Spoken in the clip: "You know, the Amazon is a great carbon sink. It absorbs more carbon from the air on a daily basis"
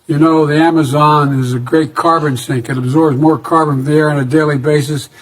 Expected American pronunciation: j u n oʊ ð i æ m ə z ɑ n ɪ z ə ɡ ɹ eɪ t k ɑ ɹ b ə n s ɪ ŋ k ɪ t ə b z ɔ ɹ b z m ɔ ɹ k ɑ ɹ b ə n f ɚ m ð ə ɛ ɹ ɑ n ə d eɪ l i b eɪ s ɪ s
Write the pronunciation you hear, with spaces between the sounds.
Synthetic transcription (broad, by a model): j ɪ n oʊ ð i æ m ə z ɑ n ɪ z ə ɡ ɹ eɪ t k ɑ ɹ b ə n s ɪ ŋ k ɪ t ə b z ɔ ɹ b z m ɔ ɹ k ɑ ɹ b ə n ð ə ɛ ɹ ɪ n ə d eɪ l i b eɪ s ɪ s